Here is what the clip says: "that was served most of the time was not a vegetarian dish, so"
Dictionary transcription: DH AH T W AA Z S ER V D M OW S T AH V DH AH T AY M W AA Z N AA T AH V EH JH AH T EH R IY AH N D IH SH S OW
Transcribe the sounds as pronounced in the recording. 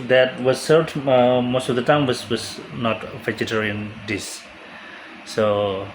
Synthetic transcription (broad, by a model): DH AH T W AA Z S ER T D M OW S T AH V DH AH T AY M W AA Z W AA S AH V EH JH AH T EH R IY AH N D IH S S OW